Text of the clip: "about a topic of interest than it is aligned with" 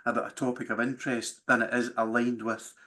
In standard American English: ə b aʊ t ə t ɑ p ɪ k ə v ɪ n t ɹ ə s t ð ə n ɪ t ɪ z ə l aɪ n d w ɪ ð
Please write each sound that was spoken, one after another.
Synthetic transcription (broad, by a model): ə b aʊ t ə t ɑ p ɪ k ə v ɪ n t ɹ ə s t ð ə n ɪ t ɪ z ə l aɪ n d w ɪ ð